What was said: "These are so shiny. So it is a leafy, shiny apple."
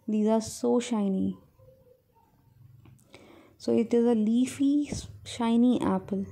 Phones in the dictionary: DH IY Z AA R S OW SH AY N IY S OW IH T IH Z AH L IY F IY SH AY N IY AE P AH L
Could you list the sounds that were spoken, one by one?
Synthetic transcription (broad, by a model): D IY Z AA R S OW SH AY N IY S OW IH T IH Z AH L IY F IY SH AY N IY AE P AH L